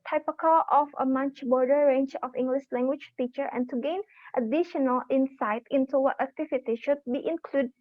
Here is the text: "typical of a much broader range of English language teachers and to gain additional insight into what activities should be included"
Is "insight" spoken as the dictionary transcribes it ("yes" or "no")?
yes